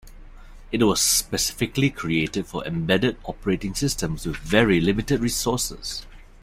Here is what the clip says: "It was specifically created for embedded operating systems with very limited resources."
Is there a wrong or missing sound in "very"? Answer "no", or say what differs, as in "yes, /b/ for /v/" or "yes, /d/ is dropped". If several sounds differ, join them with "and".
no